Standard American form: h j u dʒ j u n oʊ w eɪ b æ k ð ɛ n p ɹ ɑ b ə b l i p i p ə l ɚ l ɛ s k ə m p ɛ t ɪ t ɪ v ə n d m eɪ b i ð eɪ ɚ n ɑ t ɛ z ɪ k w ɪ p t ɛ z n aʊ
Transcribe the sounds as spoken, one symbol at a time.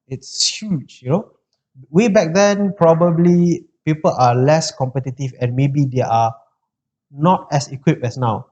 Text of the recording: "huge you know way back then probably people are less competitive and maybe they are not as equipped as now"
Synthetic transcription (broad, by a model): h j u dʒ j u n oʊ w eɪ b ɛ k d ɛ n p ɹ ɑ b ə b l i p i p ə l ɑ l ɛ s k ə m p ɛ t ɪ t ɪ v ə n m eɪ b i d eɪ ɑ n ɑ t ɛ s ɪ k w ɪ p ɛ s n aʊ